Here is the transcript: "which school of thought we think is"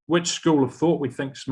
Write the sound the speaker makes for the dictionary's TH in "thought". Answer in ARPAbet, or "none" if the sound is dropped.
TH